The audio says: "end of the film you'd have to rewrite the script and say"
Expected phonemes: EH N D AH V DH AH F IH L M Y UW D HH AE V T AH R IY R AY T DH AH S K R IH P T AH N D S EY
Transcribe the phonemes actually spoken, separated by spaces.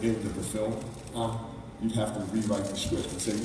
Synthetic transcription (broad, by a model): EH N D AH DH AH F IH L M Y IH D HH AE F T AH R IY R AY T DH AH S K W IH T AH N S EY